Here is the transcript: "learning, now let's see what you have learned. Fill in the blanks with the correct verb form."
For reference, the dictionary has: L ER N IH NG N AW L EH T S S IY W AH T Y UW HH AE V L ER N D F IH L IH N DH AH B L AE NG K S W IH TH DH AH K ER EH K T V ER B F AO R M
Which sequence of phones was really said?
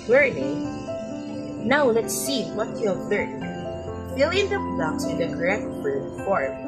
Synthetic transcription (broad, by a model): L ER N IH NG N AW L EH T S S IY W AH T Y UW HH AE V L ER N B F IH L IH N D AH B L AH K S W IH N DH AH K ER EH K T B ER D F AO R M